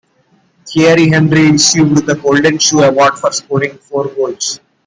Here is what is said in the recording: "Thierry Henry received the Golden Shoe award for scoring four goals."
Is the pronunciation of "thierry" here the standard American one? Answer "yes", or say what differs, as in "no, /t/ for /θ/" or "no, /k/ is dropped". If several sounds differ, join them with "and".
no, /t/ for /θ/